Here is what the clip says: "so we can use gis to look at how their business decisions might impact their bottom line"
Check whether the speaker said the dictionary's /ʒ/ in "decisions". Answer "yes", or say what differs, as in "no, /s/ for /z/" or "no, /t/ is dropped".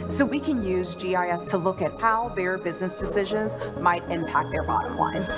yes